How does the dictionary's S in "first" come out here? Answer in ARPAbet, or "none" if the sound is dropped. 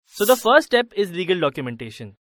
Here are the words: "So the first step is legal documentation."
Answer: none